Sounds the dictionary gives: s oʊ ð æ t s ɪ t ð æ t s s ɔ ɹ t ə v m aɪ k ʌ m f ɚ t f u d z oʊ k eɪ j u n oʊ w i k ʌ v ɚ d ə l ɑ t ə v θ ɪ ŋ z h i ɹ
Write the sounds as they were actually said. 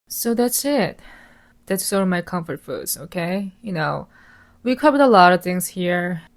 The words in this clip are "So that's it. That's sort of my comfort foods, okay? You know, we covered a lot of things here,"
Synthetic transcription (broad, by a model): s oʊ ð æ t s ɪ t ð æ t s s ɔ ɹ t ə v m aɪ k ʌ m f ɚ t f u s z oʊ k eɪ j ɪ n oʊ w i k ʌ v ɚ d ə l ɑ t ə v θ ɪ ŋ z h i ɹ